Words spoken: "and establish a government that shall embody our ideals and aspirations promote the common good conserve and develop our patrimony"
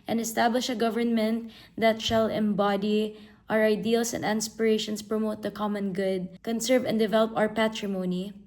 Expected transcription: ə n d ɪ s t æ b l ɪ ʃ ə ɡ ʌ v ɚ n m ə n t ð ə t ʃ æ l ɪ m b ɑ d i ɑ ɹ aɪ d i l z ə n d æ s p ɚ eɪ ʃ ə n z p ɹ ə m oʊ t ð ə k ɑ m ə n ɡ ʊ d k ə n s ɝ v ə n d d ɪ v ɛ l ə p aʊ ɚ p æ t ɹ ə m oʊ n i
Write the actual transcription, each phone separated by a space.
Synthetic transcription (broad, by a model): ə n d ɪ s t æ b l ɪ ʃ ə ɡ ʌ v ɚ n m ə n t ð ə t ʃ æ l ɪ m b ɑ d i ɑ ɹ aɪ d i l s ə n d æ s p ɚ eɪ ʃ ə n s p ɹ ə m oʊ t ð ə k ɑ m ə n ɡ ʊ d k ə n s ɝ v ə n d d ɪ v ɛ l ə p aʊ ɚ p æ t ɹ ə m oʊ n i